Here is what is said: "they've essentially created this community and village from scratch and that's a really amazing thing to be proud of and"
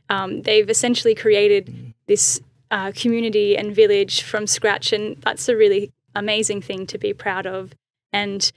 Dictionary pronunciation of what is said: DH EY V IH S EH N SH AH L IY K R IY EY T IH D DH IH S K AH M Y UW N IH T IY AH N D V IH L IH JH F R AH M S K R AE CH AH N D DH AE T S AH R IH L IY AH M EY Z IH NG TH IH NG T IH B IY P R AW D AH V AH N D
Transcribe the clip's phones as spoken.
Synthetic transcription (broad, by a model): DH EY V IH S EH N SH L IY K R IY EY T IH D DH IH S K AH M Y UW N IH T IY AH N V IH L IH ZH F R AH M S K R AE CH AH N DH AE T S AH R IH L IY AH M EY Z IH NG TH IH NG T IH B IY P R AW D AH V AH N